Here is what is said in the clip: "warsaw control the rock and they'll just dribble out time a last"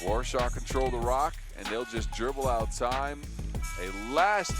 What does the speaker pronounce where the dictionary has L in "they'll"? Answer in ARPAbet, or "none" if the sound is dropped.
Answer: L